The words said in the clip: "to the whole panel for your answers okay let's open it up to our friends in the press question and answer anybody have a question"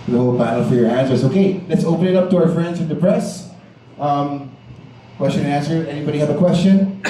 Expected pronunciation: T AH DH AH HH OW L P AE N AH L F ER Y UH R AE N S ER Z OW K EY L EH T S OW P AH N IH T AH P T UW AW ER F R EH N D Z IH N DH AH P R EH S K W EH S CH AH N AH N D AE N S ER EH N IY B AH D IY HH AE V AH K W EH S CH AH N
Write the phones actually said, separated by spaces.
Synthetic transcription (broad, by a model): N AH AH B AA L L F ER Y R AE N S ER S OW K EY L EH T S OW P AH N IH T AH P T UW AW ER F R EH N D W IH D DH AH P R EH S K W EH S CH AH N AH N AE N S ER EH N IY B AH D IY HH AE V AH K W EH S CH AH N